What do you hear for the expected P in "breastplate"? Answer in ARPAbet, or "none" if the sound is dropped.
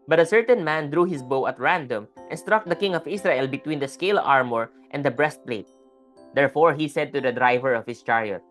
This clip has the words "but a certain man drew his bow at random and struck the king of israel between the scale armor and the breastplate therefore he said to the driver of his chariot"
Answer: P